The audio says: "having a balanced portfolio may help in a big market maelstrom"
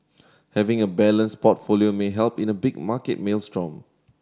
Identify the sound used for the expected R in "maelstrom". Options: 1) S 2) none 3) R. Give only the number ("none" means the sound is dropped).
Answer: 3